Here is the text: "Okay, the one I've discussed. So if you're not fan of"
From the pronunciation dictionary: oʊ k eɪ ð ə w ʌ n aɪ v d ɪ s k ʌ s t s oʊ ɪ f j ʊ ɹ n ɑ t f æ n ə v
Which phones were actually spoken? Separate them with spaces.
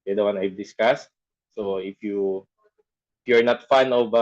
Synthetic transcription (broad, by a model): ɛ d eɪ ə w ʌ n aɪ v d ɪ s k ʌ s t s oʊ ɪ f j ʊ ɹ n ɑ t f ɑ n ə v